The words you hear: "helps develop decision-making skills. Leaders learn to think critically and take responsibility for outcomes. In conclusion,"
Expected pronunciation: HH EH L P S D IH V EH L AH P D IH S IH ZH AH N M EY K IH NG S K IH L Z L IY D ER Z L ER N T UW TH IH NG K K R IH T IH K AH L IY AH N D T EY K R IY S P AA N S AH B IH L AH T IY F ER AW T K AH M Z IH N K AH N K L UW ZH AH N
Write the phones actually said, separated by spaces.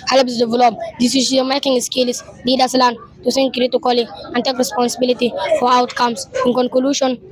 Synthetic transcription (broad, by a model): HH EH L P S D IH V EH L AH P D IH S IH S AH M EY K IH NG S K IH L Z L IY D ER S L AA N T UW S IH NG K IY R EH T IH K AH L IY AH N T EY K R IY S P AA N S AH B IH L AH T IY F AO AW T K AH M S IH N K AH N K L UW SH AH N